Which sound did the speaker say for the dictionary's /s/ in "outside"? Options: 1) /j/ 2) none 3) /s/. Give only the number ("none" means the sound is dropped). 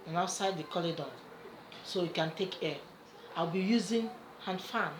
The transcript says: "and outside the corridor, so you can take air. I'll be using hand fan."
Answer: 3